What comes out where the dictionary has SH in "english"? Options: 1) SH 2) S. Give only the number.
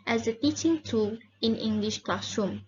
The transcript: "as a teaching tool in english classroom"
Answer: 1